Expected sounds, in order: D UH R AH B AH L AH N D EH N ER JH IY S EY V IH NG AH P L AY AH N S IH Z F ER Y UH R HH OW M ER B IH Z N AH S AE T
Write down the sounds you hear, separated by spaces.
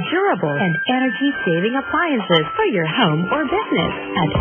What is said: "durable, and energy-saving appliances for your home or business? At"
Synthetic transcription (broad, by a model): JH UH R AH B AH L AH N D EH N ER JH IY S EY V IH NG AH P L AY AH N S IH Z F ER Y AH R HH OW M ER B IH Z N AH S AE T